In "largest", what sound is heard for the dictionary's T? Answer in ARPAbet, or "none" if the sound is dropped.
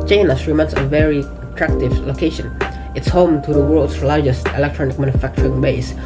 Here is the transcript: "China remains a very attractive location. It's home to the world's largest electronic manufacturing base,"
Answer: T